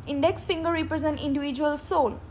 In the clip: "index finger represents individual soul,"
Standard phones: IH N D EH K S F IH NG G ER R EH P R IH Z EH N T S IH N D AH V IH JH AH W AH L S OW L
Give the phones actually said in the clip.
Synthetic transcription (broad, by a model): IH N D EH K S F IH NG G ER R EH P R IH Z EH N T IH N D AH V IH JH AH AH L S OW L